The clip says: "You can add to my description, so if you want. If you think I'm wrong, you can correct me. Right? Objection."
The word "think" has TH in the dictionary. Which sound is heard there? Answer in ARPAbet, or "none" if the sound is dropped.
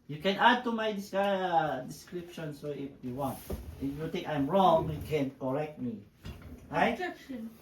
T